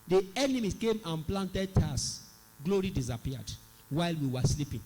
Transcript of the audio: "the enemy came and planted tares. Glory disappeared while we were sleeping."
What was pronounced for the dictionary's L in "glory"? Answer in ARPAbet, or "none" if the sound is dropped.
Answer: L